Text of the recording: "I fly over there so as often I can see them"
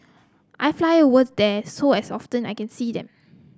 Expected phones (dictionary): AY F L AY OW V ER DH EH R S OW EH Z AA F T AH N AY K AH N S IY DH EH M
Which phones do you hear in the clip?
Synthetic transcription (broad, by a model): AY F L AY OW W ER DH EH S OW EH S AA F T AH N AY K AH N S IY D EH M